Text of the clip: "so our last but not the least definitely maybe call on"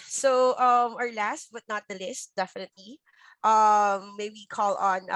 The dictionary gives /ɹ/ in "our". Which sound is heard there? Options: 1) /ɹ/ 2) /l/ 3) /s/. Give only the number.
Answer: 1